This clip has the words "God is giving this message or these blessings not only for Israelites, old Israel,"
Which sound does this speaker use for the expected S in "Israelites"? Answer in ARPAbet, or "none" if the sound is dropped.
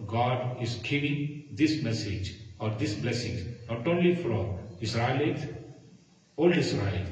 none